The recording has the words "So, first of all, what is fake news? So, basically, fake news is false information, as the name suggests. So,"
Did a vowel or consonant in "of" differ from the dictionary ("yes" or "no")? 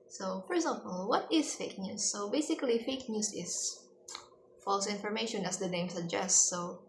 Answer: yes